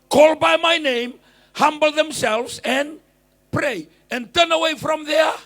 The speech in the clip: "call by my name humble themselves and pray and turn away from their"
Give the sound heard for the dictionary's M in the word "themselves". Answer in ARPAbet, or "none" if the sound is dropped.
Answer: M